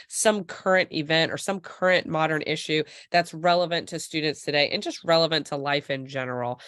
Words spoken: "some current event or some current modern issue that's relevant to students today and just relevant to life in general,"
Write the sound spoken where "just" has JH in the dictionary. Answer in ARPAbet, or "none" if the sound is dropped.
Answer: JH